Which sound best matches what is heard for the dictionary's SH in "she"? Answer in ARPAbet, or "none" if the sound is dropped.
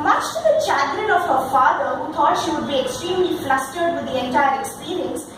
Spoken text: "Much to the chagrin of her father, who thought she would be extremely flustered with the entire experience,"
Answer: SH